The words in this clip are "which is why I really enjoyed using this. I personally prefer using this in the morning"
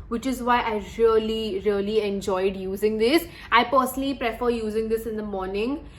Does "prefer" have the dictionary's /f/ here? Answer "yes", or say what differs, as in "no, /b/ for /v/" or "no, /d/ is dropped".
yes